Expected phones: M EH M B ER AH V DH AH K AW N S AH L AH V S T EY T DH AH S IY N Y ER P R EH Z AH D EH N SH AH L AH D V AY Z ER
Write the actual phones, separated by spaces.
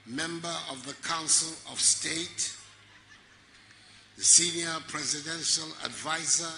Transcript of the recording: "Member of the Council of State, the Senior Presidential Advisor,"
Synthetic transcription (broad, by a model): M EH M B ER AH V DH AH K AW N S AH L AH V S T EY T DH AH S IY N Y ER P R EH Z AH D EH N SH AH L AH D V AY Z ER